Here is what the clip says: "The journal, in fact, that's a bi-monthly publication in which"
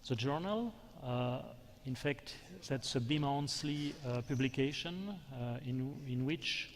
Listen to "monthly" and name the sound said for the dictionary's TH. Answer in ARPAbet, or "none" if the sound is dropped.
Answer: S